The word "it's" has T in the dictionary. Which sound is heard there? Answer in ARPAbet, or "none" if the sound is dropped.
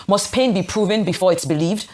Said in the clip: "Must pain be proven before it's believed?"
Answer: T